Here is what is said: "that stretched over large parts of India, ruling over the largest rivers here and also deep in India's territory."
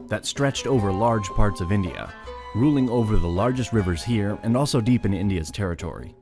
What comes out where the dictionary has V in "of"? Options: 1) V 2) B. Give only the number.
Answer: 1